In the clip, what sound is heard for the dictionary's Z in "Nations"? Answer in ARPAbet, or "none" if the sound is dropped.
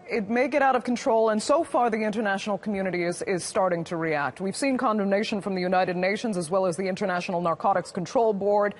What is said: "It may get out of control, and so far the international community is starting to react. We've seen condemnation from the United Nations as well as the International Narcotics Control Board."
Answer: Z